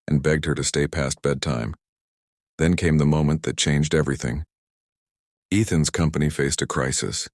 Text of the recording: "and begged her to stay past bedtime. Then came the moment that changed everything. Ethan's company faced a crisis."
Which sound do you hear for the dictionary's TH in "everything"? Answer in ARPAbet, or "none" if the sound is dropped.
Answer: TH